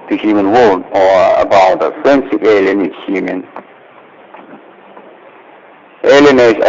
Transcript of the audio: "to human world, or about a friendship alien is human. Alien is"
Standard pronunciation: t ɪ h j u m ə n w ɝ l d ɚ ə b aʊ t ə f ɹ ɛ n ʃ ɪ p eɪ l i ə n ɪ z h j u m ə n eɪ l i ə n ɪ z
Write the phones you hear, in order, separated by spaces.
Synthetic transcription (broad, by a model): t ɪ h j u m ə n w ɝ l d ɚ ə b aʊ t ə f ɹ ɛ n s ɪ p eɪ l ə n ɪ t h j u m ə n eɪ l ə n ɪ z